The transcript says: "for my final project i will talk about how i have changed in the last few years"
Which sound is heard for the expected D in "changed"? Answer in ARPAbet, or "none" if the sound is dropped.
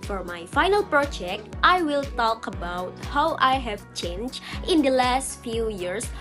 none